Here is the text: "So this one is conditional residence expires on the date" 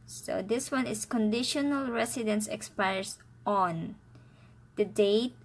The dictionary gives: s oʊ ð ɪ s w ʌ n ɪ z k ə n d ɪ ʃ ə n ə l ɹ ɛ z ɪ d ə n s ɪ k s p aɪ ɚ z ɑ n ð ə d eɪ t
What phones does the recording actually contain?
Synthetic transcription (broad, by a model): s oʊ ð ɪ s w ʌ n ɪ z k ə n d ɪ ʃ ə n ə l ɹ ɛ s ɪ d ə n s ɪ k s p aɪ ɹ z ɑ n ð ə d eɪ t